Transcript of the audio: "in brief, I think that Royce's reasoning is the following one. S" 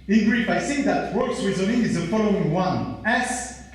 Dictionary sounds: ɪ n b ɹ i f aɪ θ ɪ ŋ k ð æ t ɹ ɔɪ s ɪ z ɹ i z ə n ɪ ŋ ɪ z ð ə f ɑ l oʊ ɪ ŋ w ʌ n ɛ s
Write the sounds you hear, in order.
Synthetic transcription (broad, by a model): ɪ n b ɹ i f aɪ s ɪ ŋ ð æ t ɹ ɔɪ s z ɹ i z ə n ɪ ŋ ɪ z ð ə f ɑ l oʊ ɪ ŋ w ʌ n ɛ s